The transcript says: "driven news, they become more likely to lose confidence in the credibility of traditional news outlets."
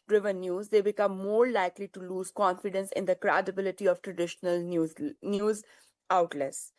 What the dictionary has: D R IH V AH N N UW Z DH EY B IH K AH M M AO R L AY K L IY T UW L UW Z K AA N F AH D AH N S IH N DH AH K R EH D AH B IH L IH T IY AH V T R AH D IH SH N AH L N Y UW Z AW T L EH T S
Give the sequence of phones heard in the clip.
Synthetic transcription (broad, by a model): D R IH V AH N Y UW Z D EY B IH K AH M M AO R L AY K L IY T UW L UW Z K AA N F AH D AH N S IH N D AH K R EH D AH B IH L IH T IY AH V T R AH D IH SH N AH L N Y UW Z AW T L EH S